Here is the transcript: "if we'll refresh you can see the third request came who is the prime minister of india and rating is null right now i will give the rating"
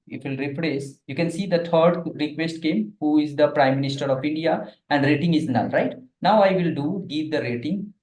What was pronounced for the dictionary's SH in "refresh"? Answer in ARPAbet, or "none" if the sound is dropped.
S